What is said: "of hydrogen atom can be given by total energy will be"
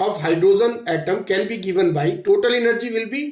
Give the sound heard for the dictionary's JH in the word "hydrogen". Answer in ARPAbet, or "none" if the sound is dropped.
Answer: Z